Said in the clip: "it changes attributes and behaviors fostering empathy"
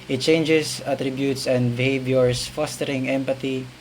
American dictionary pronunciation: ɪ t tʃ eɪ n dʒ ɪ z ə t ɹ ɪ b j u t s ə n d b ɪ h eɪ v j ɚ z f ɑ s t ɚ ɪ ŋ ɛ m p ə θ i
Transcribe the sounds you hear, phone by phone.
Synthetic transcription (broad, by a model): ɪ t tʃ eɪ n dʒ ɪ s ə t ɹ ɪ b j u t s ə n d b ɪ h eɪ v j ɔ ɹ f ɑ s t ɚ ɪ ŋ ɛ m p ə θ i